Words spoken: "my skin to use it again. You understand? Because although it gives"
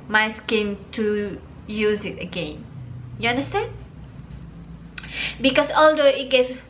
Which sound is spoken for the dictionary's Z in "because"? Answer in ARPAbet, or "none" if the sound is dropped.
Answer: S